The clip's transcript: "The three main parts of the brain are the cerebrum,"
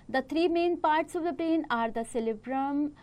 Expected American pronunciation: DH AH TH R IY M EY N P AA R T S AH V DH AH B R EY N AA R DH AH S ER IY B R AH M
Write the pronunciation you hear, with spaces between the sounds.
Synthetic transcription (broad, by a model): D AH T R IY M EY N P AA R T S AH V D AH B R EY N AA R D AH S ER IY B R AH M